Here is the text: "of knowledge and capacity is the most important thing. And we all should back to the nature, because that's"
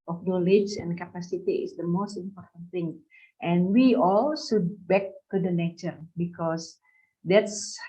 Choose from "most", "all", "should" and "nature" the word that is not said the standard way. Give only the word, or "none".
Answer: should